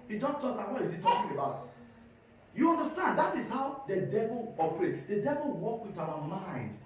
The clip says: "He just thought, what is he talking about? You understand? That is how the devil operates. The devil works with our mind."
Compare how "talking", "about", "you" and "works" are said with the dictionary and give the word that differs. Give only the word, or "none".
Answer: works